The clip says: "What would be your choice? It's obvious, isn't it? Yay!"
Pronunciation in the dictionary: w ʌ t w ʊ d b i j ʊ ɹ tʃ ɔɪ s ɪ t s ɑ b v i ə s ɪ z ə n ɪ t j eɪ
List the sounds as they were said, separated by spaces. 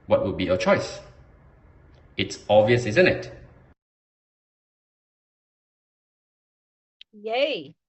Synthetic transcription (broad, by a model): w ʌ t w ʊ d b i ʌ tʃ ɔɪ s ɪ t s ɑ v i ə s ɪ z ə n ɪ t j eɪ